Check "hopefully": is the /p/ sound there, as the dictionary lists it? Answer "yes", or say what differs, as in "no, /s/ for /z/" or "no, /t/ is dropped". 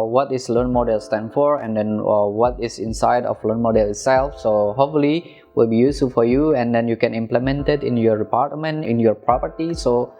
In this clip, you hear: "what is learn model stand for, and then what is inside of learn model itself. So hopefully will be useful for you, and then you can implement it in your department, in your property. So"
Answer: no, /p/ is dropped